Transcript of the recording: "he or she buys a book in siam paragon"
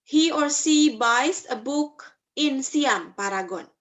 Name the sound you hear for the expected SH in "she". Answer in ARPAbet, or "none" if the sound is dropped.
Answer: S